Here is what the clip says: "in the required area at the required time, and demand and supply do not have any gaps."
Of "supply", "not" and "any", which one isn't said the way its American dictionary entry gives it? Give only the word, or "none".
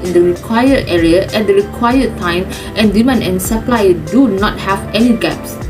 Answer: none